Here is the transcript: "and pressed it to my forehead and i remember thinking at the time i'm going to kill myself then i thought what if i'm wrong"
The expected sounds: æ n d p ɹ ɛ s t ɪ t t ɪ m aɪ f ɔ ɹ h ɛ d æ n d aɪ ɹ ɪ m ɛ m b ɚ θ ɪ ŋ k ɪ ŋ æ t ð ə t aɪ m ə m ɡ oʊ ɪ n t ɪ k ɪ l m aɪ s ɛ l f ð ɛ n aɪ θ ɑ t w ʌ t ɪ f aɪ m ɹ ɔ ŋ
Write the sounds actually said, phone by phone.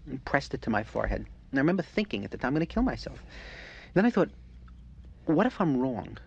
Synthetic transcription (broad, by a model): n p ɹ ɛ s t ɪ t t ɪ m aɪ f ɔ ɹ h ɛ d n aɪ ɹ ɪ m ɛ m b ɚ θ ɪ ŋ k ɪ ŋ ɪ t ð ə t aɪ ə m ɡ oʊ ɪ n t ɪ k ɪ l m aɪ s ɛ l f ð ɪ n aɪ θ ɑ t w ʌ t ɪ f aɪ m ɹ ɔ ŋ